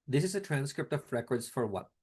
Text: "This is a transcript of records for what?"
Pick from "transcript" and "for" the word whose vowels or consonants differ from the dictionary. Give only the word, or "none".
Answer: none